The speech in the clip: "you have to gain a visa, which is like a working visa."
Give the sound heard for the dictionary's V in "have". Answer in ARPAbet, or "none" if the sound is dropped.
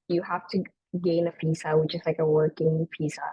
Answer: F